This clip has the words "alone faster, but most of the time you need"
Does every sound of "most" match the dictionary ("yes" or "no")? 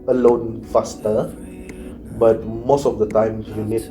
yes